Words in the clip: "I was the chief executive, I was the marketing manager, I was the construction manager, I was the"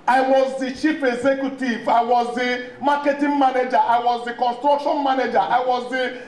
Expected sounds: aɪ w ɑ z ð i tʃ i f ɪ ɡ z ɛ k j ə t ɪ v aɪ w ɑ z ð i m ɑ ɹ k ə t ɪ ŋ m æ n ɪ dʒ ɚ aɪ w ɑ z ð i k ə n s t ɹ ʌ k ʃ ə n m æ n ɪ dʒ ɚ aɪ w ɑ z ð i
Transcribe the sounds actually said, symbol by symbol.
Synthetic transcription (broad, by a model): aɪ w ɑ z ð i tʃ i p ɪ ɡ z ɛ k j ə t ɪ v aɪ w ɑ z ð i m ɑ k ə t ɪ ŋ m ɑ n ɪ dʒ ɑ aɪ w ɑ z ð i k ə n s t ɹ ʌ k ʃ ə n m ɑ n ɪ dʒ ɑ aɪ w ɑ z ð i